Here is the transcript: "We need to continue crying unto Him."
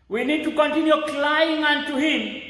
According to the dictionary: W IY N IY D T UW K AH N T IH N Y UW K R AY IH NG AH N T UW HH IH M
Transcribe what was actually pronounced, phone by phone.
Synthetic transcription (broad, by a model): W IY N IY D T UW K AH N T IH N Y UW K L AY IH NG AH N T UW HH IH M